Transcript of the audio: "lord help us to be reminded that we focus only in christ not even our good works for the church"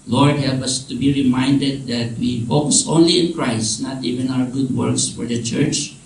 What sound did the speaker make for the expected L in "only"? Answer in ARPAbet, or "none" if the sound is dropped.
L